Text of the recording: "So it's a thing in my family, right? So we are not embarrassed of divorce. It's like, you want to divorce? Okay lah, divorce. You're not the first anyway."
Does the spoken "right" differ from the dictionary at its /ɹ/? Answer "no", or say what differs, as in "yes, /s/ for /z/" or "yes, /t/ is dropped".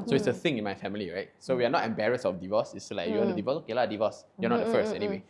no